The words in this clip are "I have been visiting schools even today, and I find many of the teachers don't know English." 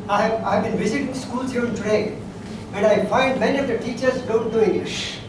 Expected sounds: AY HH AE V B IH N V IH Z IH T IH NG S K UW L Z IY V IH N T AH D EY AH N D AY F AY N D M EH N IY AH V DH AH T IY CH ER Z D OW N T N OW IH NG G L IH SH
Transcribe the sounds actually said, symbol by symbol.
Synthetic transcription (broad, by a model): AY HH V B IH N V IH Z IH T IH NG S K UW L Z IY IH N T AH D EY AH N D AY F AY N D M EH N IY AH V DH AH T IY CH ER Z D OW N T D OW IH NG G L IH SH